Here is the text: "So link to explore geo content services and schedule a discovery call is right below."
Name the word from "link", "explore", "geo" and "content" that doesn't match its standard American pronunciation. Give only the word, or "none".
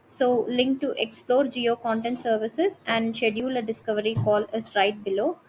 none